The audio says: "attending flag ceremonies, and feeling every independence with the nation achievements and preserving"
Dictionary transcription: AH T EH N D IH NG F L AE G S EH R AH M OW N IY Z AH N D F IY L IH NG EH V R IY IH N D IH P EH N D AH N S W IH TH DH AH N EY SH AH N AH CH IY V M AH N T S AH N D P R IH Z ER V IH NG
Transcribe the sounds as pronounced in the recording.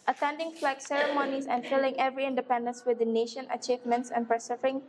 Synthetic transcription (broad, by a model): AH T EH N D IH NG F L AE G S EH R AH M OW N IY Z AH N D F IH L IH NG EH V R IY IH N D IH P EH N D AH N S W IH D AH N EY SH AH N AH CH IY V M AH N T S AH N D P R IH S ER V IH NG